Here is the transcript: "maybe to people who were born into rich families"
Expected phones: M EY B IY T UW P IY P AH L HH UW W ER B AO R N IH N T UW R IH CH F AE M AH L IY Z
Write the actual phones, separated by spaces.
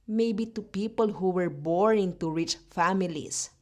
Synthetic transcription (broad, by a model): M EY B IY T UW P IY P AH L HH UW W ER B AO R IH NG T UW R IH CH F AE M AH L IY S